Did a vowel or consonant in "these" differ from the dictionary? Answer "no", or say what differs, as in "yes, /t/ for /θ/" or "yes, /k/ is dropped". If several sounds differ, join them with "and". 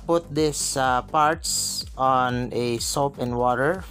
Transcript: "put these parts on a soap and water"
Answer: yes, /s/ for /z/